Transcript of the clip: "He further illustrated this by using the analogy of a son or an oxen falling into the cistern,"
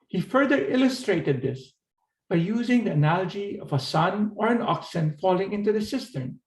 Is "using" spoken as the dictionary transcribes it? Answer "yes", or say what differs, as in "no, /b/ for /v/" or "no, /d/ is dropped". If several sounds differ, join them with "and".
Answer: yes